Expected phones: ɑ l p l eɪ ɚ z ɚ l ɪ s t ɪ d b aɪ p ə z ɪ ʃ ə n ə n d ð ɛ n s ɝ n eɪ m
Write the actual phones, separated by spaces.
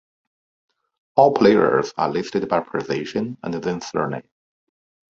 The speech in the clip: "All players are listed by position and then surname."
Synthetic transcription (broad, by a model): ɑ l p l eɪ ɚ z ɚ l ɪ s t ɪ d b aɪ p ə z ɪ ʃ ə n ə n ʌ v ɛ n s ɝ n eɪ